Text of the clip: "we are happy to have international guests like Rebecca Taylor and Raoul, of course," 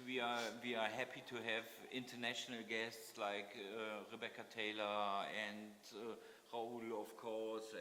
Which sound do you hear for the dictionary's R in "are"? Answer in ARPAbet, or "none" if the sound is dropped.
W